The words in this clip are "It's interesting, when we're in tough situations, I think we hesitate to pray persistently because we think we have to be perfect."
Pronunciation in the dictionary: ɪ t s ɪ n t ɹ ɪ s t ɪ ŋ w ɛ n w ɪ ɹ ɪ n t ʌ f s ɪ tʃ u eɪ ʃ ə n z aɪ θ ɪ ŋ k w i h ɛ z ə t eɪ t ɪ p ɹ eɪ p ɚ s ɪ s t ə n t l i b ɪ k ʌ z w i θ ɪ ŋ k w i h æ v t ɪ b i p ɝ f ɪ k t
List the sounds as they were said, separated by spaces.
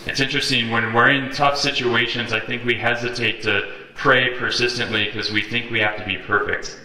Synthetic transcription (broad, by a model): ɪ t s ɪ n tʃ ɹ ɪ s t ɪ ŋ w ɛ n w ɪ ɹ ɪ n t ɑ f s ɪ tʃ u eɪ ʃ ə n z aɪ θ ɪ ŋ k w i h ɛ z ə t eɪ t ɪ p ɹ eɪ p ɚ s ɪ s t ə n t l i k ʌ z w i θ ɪ ŋ k w i h æ f t ɪ b i p ɝ f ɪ k t